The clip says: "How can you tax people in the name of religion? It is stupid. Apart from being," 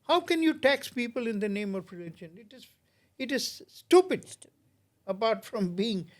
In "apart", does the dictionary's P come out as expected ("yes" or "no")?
no